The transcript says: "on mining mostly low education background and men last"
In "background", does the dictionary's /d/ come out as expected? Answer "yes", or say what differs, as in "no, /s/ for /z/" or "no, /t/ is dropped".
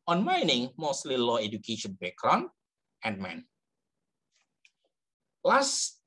no, /d/ is dropped